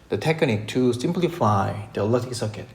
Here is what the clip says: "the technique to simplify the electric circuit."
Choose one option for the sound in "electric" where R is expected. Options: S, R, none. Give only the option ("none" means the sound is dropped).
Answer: none